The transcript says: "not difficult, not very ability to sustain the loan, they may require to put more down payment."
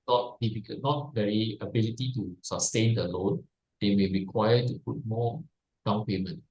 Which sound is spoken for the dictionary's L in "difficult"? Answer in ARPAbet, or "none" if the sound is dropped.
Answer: none